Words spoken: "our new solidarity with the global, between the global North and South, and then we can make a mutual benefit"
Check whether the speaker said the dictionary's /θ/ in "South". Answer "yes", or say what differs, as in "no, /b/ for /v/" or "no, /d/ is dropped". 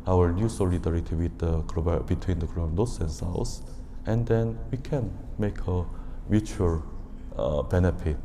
no, /s/ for /θ/